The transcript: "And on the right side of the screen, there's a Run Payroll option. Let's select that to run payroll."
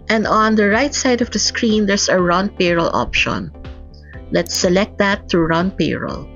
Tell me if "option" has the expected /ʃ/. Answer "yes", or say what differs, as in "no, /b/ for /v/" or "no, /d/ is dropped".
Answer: yes